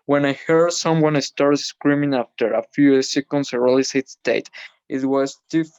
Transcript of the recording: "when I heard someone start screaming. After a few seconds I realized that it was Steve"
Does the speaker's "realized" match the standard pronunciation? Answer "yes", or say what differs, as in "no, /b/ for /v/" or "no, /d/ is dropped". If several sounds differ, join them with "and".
no, /l/ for /ɹ/